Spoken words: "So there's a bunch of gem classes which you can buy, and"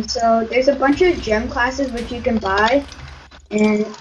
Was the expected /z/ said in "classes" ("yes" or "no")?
yes